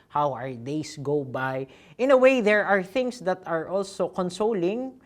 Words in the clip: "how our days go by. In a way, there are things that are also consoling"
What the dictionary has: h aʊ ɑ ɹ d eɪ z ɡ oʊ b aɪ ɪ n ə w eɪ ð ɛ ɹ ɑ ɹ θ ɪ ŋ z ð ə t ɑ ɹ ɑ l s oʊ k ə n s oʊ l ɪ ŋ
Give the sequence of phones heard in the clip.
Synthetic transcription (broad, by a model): h aʊ ɑ ɹ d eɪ s ɡ oʊ b aɪ ɪ n ə w eɪ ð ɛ ɹ ɑ ɹ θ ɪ ŋ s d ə t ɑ ɹ ɑ l s oʊ k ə n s oʊ l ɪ ŋ